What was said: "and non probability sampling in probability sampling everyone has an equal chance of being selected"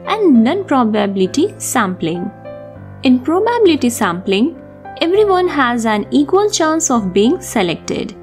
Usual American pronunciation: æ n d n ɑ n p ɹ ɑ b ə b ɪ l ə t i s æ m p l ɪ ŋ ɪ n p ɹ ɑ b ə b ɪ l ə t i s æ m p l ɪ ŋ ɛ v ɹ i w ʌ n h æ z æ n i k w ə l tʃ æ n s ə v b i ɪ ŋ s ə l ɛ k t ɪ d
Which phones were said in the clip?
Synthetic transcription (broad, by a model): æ n d n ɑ n p ɹ ɑ b ə b ɪ l ə t i s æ m p l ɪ ŋ ɪ n p ɹ ɑ b ə b ɪ l ə t i s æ m p l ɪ ŋ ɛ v ɹ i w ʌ n h æ z æ n i k w ə l tʃ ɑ n s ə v b i ɪ ŋ s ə l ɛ k t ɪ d